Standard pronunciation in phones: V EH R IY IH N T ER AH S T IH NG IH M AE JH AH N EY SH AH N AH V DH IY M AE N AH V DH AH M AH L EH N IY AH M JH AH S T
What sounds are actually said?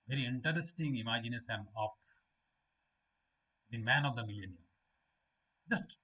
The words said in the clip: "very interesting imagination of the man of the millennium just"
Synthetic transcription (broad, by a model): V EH R IY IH N T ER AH S T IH NG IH M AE JH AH N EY S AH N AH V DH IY M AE N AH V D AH M AH L EH N IY AH M JH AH S T